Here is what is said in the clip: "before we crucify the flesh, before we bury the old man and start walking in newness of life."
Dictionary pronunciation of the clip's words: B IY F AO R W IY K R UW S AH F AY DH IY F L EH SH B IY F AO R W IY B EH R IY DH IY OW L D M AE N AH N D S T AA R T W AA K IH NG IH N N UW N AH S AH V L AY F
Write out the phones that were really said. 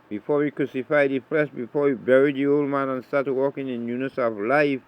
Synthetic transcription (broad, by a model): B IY F AO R W IY K R UW S AH F AY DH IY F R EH S B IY F AO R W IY B EH R IY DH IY OW L D M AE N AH N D S T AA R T W AA K IH NG IH N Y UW N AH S AH V L AY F